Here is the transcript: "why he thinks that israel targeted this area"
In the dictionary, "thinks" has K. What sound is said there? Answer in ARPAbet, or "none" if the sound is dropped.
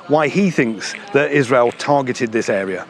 K